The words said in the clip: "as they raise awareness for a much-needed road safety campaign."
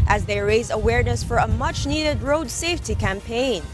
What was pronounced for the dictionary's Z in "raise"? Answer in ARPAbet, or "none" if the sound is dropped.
Z